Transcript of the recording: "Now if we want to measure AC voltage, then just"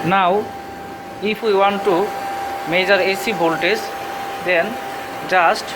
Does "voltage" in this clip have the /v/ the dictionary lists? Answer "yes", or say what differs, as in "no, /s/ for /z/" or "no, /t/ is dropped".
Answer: no, /b/ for /v/